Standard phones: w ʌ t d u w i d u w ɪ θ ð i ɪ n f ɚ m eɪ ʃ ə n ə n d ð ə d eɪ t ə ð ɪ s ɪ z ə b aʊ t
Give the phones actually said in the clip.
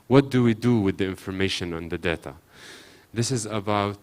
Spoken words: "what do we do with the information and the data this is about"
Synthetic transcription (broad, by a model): w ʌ t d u w i d u w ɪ ð i ɪ n f ɚ m eɪ ʃ ə n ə n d ð ə d eɪ t ə ð ɪ s ɪ z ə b aʊ t